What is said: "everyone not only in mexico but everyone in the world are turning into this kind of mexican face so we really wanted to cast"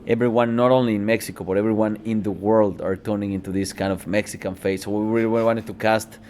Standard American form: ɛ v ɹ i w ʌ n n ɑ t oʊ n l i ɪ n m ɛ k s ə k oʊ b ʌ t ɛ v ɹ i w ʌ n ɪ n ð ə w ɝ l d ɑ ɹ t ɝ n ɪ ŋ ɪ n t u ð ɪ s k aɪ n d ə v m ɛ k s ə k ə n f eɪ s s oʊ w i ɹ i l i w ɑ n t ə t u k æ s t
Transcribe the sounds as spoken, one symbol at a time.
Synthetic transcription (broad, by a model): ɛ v ɹ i w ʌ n n ɑ t oʊ n l i ɪ n m ɛ k s ə k oʊ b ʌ t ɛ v ɹ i w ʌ n ɪ n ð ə w ɝ l d ɑ ɹ t ɝ n ɪ ŋ ɪ n t u ð ɪ s k aɪ n d ə v m ɛ k s ə k ə n f eɪ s s oʊ w i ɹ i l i w ɑ n t ə t u k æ s t